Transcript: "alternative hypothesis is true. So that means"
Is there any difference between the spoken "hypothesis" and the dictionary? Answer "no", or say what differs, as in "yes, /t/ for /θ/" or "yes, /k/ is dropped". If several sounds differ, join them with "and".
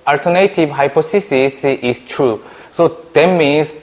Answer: yes, /s/ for /θ/